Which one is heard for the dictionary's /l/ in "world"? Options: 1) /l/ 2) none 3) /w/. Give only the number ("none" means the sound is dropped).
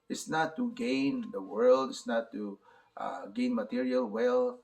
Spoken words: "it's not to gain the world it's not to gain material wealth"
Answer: 1